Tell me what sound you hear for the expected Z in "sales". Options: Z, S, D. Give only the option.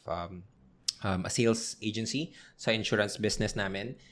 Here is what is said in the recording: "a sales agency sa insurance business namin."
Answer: S